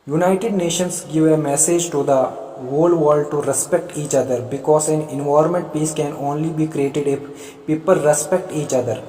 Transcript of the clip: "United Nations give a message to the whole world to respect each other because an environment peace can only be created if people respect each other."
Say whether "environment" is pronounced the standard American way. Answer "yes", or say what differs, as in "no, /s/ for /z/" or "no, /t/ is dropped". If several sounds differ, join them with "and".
no, /ɹ/ is dropped